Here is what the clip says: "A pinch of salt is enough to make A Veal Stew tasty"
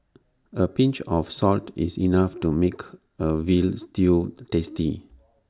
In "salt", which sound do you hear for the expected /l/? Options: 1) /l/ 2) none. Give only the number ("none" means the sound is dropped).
1